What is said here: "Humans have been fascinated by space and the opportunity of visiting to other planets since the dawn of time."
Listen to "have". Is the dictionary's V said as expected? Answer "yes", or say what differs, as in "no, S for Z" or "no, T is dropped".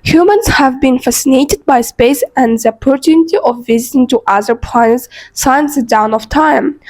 yes